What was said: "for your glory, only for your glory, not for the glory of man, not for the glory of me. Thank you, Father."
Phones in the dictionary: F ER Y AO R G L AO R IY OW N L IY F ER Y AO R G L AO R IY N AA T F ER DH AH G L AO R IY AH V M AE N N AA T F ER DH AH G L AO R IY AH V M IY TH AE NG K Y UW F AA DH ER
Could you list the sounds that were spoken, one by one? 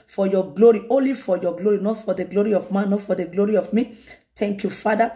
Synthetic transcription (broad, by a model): F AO Y AO G L AO R IY OW N L IY F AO Y AO G L AO R IY N AA T F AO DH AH G L AO R IY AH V M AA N N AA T F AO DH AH G L AO R IY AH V M IY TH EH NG K Y UW F AA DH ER